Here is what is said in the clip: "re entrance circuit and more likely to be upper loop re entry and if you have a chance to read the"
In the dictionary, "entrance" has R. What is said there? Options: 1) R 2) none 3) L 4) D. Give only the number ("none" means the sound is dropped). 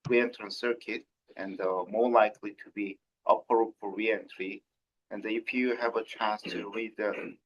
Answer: 2